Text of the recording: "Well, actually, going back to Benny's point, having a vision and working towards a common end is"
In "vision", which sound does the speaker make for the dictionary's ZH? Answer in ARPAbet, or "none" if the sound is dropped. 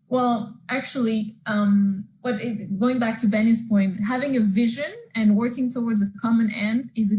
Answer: ZH